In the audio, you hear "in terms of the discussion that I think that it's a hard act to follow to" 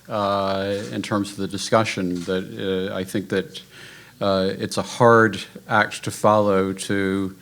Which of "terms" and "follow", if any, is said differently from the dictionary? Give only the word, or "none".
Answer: none